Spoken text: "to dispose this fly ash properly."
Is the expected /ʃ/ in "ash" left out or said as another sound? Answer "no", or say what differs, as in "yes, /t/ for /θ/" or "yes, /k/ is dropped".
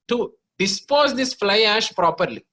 no